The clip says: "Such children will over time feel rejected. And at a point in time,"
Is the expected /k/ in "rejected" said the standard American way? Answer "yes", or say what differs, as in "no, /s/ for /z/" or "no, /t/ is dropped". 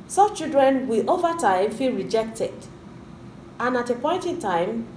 yes